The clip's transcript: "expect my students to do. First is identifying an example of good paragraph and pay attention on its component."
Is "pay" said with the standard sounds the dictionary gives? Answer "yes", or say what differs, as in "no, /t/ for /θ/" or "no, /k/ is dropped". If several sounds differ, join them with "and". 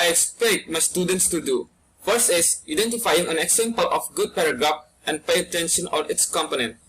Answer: yes